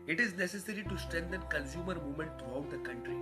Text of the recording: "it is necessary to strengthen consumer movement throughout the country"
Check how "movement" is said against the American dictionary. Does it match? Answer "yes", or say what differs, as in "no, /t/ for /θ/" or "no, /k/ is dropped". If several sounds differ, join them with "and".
no, /v/ is dropped